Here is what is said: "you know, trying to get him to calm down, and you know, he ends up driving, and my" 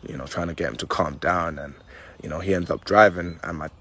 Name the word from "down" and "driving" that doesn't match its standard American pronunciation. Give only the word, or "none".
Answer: none